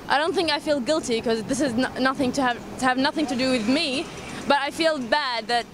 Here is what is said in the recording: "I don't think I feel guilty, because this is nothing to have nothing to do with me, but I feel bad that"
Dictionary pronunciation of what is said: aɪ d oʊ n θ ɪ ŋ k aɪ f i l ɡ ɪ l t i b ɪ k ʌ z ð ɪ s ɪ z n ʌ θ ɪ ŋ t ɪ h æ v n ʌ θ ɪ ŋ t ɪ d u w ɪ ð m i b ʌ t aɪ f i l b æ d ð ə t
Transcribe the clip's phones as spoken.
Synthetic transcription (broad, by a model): aɪ d oʊ n θ ɪ ŋ k aɪ f i l ɡ ɪ l t i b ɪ k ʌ z ð ɪ s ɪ z n ʌ θ ɪ ŋ t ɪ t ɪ v n ʌ θ ɪ ŋ t ɪ d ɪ w ɪ ð m i b ʌ t aɪ f i l b æ d ð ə t